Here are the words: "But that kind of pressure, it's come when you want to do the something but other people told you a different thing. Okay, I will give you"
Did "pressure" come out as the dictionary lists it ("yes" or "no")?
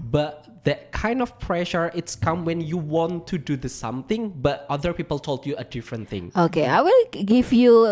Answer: yes